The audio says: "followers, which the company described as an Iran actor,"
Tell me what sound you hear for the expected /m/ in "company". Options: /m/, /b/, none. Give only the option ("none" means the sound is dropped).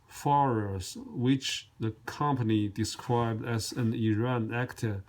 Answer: /m/